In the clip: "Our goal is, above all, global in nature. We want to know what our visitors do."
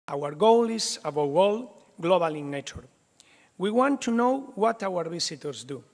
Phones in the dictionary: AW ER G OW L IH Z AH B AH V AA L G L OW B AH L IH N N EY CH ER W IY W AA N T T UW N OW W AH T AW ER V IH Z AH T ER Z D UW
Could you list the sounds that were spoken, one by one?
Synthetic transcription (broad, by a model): AW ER G OW L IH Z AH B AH W AA L G L OW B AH L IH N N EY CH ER W IY W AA N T T UW N OW W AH T AW ER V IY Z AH T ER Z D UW